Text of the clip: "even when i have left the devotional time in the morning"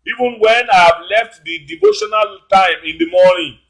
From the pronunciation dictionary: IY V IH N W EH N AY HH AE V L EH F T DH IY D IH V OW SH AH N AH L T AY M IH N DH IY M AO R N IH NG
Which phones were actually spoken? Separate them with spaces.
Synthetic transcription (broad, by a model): IY V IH N W EH N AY HH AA V L EH F T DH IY D IH V OW SH AH N AH L T AY M IH N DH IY M AO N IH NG